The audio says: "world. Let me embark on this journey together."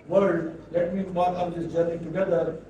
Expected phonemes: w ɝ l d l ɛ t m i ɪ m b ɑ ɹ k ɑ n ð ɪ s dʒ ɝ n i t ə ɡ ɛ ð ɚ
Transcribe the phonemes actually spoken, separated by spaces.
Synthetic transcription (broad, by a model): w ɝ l d l ɛ t m i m ɑ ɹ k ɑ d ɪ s dʒ ɝ n i t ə ɡ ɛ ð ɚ